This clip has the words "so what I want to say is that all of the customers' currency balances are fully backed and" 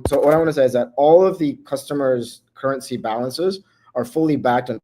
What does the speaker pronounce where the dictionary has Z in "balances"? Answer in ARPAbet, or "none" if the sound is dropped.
Z